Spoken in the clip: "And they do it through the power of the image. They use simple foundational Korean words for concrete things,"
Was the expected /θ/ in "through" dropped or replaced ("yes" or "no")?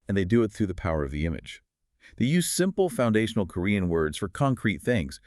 no